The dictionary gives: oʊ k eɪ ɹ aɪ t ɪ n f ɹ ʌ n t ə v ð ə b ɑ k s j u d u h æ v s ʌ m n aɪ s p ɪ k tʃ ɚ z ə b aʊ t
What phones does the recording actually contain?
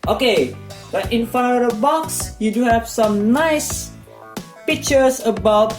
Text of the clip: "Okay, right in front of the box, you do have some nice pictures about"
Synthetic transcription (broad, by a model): oʊ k eɪ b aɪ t ɪ n f ɑ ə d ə b ɑ k s j u d u h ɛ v s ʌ m n aɪ s p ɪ k tʃ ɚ s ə b aʊ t